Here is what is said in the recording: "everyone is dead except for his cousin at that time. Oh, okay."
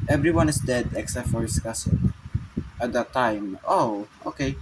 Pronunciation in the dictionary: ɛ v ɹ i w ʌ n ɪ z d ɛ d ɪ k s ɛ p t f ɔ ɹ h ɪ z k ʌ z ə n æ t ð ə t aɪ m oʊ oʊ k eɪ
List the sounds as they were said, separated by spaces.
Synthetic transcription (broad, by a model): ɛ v ɹ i w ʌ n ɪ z d ɛ d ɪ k s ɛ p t f ɔ ɹ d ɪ s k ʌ s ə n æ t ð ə t aɪ m oʊ oʊ k eɪ